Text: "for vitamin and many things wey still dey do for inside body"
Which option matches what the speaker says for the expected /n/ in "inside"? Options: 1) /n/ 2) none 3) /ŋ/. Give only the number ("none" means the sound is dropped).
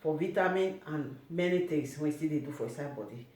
2